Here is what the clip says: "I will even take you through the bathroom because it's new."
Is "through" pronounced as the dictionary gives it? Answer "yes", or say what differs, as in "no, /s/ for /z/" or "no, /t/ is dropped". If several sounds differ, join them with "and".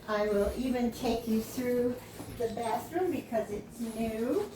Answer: yes